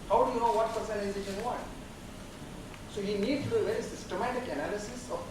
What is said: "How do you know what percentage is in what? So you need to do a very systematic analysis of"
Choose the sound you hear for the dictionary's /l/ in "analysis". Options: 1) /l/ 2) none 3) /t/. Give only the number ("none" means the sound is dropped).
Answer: 1